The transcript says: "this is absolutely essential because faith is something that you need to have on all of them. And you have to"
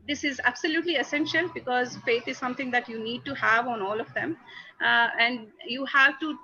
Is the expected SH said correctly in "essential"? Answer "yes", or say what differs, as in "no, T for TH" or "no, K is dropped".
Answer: yes